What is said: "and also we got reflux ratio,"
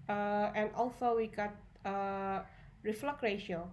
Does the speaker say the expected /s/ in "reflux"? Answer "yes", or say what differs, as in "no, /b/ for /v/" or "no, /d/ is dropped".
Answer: no, /s/ is dropped